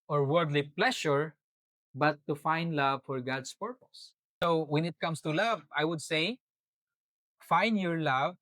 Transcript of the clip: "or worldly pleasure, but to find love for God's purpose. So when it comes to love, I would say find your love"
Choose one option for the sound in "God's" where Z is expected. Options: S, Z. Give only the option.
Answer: S